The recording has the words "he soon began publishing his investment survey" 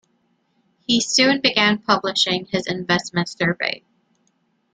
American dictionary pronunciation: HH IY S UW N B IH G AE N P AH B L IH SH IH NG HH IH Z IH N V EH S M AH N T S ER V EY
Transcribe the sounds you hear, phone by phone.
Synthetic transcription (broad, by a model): HH IY S UW N B IH G AE N P AH B L IH SH IH NG IH Z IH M V EH S M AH N T S ER V EY